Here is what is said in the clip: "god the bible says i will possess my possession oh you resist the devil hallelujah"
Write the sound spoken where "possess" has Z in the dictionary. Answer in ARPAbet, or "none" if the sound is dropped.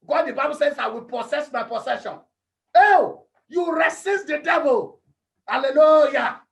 S